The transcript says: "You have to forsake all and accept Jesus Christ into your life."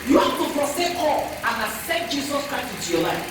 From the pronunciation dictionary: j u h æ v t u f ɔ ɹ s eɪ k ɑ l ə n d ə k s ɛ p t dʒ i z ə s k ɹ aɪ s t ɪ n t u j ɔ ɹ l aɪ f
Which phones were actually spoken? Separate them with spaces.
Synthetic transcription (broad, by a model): j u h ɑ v t u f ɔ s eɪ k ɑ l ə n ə s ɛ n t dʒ i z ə s k ɹ aɪ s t ɪ n t u j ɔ l aɪ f